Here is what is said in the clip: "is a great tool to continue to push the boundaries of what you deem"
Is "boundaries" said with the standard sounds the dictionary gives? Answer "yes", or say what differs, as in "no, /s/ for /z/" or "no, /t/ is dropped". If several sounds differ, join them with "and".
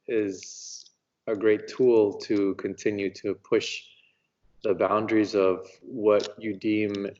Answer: yes